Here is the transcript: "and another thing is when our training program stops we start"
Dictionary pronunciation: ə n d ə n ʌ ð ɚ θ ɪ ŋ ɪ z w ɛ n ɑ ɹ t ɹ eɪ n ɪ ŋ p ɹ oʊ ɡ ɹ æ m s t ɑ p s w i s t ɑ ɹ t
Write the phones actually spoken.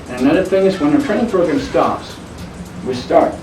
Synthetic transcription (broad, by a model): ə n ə n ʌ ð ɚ θ ɪ ŋ ɪ z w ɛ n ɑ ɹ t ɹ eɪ ɪ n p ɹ oʊ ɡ ɹ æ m s t ɑ p s w i s t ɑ ɹ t